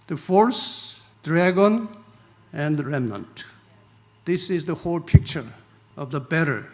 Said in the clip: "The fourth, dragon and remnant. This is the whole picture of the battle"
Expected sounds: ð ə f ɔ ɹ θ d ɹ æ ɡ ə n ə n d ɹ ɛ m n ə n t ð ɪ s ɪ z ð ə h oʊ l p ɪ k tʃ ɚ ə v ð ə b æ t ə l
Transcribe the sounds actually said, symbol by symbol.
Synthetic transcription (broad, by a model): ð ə f ɔ ɹ s d ɹ æ ɡ ə n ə n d ɹ ɛ m n ə n t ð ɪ s ɪ z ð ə h oʊ l p ɪ k tʃ ɚ ə v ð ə b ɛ t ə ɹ